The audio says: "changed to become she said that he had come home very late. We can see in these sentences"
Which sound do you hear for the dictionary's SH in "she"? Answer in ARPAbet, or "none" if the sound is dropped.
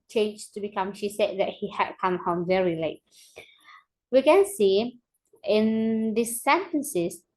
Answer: SH